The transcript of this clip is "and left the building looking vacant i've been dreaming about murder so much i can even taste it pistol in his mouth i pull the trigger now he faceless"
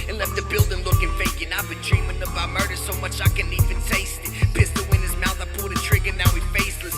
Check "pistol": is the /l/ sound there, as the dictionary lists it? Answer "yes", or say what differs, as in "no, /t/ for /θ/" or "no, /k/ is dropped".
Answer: no, /w/ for /l/